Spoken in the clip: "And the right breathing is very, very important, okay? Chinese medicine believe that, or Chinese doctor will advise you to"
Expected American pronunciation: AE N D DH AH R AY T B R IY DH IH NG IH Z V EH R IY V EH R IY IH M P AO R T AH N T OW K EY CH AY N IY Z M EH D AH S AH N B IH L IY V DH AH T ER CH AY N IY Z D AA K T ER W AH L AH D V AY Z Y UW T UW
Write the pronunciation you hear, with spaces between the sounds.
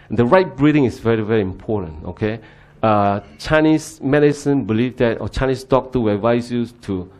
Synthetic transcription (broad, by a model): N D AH R AY T B R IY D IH NG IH S V EH R IY V EH R IY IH M P AO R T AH N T OW K EY CH AY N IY S M EH D AH S AH N B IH L IY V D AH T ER CH AY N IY S D AA K T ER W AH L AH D V AY S Y UW T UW